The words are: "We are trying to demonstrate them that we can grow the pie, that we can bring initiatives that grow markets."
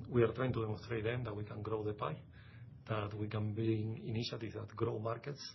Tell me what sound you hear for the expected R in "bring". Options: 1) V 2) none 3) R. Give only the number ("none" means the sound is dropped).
2